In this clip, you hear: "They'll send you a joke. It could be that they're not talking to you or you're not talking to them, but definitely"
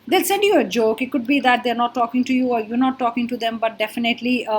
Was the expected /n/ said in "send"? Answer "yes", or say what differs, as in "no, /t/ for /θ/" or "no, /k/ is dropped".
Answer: yes